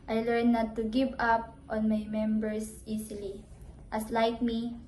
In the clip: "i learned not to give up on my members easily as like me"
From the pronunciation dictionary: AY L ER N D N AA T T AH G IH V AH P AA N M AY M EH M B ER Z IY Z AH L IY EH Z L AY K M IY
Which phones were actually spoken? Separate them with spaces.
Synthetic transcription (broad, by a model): AY L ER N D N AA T T AH G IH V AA P AA N M AY M EH M B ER S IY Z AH L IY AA S L AY K M IY